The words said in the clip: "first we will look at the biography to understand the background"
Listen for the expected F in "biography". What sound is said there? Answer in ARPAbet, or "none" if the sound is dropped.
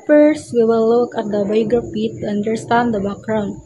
P